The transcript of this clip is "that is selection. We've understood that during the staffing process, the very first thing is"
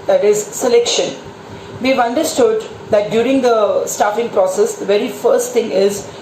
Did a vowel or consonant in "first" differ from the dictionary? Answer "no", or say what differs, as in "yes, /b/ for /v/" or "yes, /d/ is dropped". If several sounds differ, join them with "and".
no